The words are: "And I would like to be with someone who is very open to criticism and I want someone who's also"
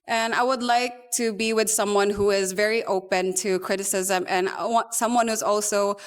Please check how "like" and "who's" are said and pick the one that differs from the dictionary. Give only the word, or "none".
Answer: none